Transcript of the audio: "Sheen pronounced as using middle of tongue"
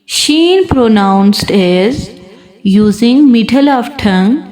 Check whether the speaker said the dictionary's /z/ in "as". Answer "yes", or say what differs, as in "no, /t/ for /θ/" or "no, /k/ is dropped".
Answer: yes